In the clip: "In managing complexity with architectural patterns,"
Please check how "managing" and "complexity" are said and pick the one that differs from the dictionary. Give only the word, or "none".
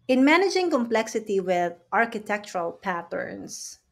none